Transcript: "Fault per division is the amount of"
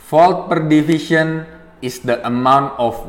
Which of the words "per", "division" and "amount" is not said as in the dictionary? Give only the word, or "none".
division